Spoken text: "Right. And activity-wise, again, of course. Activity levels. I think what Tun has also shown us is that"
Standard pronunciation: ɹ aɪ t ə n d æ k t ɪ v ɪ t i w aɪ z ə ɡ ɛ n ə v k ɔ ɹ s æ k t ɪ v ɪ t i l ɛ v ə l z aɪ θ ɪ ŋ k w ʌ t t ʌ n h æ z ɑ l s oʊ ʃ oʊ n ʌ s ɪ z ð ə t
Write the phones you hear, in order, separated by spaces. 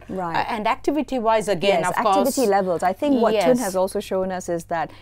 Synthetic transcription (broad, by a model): ɹ aɪ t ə n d æ k t ɪ v ɪ t i w aɪ z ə ɡ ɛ ə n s æ k t ɪ v ɪ t i l ɛ v ə l z aɪ θ ɪ ŋ k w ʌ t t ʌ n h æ z ɑ l s oʊ ʃ oʊ n ʌ s ɪ z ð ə t